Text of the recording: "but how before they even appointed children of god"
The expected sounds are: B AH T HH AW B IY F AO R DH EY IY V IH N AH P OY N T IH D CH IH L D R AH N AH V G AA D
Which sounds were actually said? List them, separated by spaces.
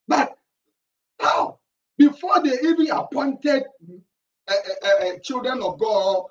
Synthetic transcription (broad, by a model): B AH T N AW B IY F AO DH EY IY V IH N AH P OY N T IH D CH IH L D R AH N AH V G AA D